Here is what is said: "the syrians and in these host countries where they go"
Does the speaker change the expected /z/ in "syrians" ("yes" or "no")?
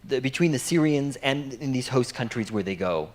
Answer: no